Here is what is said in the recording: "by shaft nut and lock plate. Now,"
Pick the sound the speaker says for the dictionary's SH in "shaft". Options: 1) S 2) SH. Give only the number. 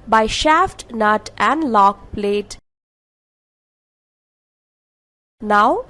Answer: 2